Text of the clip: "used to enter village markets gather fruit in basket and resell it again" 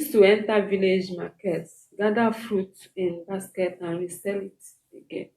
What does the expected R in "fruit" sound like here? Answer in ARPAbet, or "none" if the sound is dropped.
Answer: R